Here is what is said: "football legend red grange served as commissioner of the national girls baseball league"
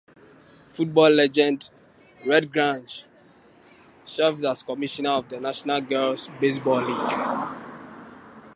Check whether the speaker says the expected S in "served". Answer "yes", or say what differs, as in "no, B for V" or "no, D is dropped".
no, SH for S